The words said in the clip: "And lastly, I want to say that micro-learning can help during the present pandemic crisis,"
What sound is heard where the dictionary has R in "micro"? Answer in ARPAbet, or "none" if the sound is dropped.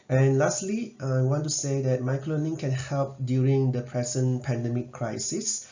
L